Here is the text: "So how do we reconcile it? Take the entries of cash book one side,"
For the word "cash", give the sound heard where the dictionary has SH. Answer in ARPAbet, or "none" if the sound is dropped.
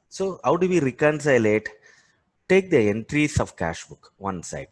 SH